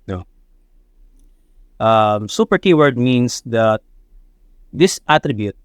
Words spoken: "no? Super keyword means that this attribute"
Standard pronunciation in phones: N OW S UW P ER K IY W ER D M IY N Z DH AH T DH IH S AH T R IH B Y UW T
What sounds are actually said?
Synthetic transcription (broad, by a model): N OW S UW P ER K IY W ER D M IY N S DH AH T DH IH S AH T R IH B Y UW T